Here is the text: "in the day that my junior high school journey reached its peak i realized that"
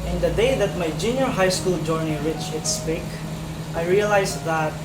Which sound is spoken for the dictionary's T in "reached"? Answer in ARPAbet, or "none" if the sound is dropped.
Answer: none